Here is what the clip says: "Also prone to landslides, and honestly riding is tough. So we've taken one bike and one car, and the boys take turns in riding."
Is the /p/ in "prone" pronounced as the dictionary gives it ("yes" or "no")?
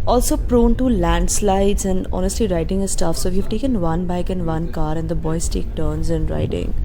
yes